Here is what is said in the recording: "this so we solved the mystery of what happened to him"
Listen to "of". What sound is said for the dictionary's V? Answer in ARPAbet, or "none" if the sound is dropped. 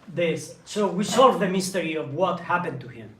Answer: V